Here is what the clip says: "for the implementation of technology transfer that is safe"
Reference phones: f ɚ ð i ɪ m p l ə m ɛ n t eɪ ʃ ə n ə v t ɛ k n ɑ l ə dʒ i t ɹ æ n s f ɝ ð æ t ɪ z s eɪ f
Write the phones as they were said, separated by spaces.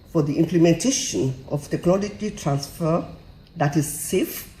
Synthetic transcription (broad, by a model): f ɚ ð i ɪ m p l ə m ɛ n t eɪ ʃ ə n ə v t ɛ k n ɑ l ə dʒ i t ɹ æ n s f ɝ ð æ t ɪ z s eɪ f